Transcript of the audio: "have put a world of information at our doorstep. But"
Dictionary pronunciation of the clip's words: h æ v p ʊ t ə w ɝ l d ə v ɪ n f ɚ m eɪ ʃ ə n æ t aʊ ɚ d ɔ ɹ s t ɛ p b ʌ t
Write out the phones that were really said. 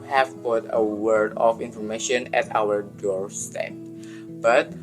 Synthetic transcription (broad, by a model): h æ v p ʊ t ə w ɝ d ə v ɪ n f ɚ m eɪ ʃ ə n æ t aʊ ɚ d ɔ ɹ s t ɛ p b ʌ t